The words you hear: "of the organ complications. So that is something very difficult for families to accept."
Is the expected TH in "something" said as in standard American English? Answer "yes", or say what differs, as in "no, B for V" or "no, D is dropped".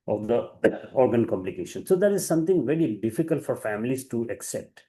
no, T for TH